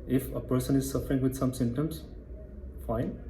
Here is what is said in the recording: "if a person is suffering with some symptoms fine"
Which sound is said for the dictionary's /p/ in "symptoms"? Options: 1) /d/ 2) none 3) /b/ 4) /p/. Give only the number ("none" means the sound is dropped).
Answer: 2